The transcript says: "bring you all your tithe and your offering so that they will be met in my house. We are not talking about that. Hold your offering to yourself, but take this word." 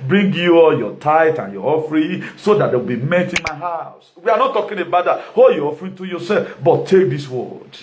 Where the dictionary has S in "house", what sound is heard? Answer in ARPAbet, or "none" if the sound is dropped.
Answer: S